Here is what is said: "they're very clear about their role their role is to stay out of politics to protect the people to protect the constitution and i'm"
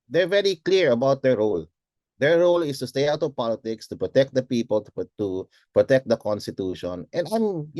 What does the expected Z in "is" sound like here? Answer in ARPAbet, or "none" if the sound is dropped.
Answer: S